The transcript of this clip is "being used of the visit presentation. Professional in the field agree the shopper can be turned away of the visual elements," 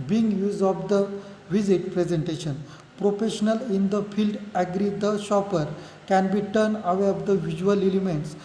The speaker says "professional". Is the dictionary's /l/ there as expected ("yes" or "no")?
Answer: yes